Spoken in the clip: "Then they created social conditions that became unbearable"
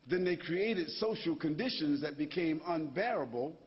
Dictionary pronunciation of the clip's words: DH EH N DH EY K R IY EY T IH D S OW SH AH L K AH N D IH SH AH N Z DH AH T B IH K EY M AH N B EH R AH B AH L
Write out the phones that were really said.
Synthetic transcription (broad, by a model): DH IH N DH EY K R IY EY T IH D S OW SH L K AH N D IH SH AH N Z DH AH T B IH K EY M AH N B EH R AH B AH L